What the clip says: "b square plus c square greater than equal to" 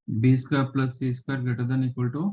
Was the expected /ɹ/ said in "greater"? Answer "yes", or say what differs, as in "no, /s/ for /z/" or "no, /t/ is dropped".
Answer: no, /ɹ/ is dropped